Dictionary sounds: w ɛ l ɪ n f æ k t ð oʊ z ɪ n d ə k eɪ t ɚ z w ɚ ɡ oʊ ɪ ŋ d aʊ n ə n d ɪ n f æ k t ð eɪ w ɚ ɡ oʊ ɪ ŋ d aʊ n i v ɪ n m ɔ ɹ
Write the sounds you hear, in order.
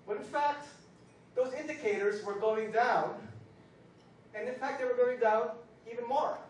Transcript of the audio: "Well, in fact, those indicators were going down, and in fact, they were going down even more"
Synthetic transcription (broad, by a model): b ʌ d ɪ n f æ k t ð oʊ z ɪ n d ə k eɪ t ɚ z w ɚ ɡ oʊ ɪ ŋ d aʊ n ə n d ɪ n f æ k t ð eɪ w ɚ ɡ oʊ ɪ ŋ d aʊ n i v ɪ n m ɔ ɹ